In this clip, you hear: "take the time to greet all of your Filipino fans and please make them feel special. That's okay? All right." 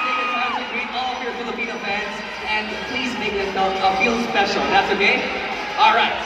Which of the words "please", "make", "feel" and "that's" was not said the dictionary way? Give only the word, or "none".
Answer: none